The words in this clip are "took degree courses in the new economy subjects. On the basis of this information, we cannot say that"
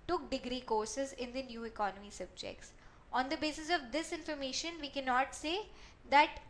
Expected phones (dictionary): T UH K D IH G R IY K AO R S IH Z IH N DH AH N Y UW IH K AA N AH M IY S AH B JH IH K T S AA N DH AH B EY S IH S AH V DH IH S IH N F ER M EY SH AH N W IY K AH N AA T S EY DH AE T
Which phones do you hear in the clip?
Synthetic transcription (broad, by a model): T UH K D IH G R IY K AO R S IH Z IH N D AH N Y UW IH K AA N AH M IY S AH B JH IH K T S AA N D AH B EY S IH S AH V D IH S IH N F ER M EY SH AH N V IY K AH N AA T S EY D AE T